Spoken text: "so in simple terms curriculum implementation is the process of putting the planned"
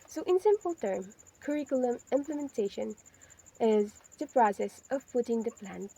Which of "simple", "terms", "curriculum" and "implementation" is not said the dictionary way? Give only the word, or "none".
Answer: terms